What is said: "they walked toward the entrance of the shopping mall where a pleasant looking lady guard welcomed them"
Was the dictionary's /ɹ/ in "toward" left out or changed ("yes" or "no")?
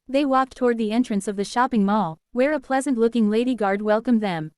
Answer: no